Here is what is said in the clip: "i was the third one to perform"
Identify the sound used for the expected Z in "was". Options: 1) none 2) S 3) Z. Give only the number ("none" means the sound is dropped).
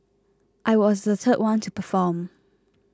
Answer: 3